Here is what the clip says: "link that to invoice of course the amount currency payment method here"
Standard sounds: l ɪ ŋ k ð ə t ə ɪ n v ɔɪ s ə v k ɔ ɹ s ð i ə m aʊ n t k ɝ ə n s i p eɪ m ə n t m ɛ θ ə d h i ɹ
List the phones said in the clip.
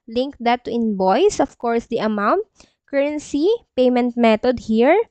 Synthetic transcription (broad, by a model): l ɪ ŋ k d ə t ə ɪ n b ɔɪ s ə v k ɔ ɹ s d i ə m aʊ n t k ɝ ə n s i p eɪ m ə n t m ɛ t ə d h i ɹ